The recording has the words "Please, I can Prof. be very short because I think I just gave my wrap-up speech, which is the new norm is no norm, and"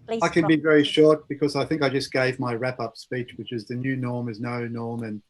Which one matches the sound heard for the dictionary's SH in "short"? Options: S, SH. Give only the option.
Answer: SH